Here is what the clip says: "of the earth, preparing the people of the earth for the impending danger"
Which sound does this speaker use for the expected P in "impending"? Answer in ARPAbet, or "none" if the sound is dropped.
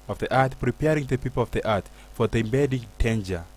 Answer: B